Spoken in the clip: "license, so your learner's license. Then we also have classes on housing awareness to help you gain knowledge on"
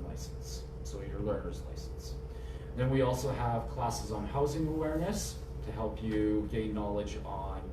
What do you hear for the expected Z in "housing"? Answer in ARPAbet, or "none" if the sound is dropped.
Z